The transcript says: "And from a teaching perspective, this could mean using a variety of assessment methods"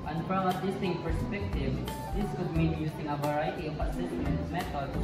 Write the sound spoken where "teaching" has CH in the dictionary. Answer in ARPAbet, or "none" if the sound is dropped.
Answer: S